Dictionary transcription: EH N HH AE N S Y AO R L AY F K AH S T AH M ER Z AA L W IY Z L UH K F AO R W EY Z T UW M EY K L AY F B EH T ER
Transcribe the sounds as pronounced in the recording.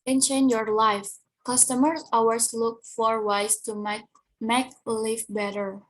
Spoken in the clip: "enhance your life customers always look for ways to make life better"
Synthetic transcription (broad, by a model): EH N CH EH N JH Y AO R L AY F K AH S T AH M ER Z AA W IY S L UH K F AO R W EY S T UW M EY K L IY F B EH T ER